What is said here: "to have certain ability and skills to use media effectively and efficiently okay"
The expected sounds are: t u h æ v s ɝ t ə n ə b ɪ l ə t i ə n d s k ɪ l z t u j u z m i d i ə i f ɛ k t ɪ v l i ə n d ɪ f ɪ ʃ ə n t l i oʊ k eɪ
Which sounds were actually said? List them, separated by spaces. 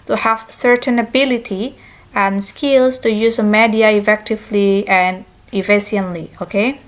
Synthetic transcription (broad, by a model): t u h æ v s ɝ t ə n ə b ɪ l ə t i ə n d s k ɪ l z t u j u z m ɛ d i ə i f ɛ k t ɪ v l i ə n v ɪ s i ə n l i oʊ k eɪ